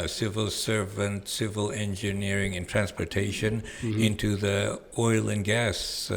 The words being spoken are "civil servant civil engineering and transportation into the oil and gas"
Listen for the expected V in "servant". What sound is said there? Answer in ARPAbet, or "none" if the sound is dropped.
V